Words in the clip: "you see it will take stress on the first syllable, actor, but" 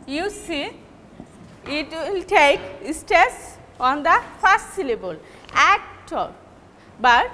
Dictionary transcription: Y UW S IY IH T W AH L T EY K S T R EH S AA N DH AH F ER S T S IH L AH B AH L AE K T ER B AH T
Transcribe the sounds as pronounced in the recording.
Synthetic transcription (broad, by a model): Y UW S IY IH T W AH L T EY K S T EH S AA N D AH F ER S S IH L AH B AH L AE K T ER B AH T